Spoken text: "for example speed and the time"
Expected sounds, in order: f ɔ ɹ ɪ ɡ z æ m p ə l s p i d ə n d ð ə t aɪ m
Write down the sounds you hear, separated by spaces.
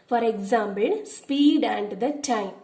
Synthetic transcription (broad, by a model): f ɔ ɹ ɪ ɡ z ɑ m b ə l s p i d ə n d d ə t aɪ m